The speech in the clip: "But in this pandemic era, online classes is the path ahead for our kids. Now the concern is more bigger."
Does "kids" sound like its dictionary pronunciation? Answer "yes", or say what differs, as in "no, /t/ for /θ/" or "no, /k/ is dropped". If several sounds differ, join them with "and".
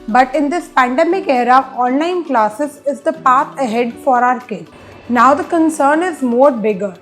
no, /z/ is dropped